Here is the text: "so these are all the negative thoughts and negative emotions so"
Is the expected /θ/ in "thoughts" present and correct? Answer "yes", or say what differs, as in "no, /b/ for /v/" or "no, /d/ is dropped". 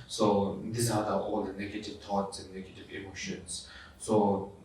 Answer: no, /t/ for /θ/